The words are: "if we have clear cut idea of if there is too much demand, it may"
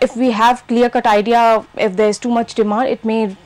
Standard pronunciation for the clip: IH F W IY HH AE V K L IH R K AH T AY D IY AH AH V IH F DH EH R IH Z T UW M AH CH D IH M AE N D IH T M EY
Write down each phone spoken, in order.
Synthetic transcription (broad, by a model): IH F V IY HH AE V K L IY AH K AH T AY D IY AH IH F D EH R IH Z T UW M AH CH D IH M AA D IH T M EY